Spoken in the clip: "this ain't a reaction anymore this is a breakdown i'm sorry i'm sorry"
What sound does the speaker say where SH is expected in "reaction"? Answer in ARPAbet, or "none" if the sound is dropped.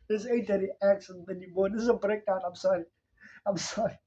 S